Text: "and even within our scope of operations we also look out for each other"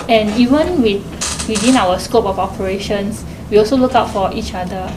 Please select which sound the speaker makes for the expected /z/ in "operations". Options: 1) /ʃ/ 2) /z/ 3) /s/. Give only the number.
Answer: 3